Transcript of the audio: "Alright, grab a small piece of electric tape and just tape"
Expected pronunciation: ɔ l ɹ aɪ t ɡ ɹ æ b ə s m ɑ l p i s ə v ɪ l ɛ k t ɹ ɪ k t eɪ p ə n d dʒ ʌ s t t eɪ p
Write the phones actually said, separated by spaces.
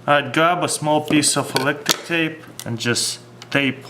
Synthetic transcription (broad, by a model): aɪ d ɡ ɹ æ b ə s m ɑ l p i s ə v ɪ l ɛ k t ɪ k t eɪ p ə n dʒ ʌ s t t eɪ p